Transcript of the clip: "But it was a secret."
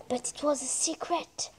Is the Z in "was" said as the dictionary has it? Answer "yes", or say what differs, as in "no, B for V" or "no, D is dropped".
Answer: yes